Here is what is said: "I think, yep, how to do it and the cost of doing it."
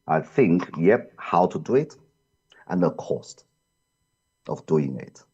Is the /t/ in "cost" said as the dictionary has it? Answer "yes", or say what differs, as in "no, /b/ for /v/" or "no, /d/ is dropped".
yes